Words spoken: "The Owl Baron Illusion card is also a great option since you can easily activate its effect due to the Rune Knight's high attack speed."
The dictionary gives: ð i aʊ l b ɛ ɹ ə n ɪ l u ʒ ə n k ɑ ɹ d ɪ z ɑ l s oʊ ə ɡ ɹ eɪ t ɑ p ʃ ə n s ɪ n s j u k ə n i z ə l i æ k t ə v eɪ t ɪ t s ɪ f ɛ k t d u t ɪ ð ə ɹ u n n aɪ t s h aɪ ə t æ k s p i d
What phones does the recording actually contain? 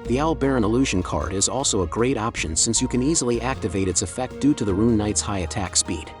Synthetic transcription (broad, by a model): ð i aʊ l b ɛ ɹ ə n ɪ l u ʒ ə n k ɑ ɹ d ɪ z ɑ l s oʊ ə ɡ ɹ eɪ t ɑ p ʃ ə n s ɪ n s j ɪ k ə n i z l i æ k t ə v eɪ t ɪ t s ɪ f ɛ k t d u t ɪ ð ə ɹ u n n aɪ t s h aɪ ə t æ k s p i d